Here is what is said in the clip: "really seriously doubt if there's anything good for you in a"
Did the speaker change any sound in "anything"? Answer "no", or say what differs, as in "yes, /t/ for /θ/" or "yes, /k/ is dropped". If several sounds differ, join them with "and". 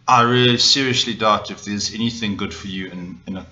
no